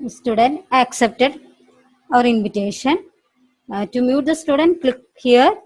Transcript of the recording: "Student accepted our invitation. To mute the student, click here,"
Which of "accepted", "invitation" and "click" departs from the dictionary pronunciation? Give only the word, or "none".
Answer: none